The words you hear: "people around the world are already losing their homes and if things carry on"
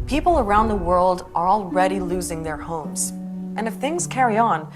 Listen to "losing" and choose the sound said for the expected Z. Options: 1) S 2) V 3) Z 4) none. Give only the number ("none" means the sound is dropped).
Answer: 3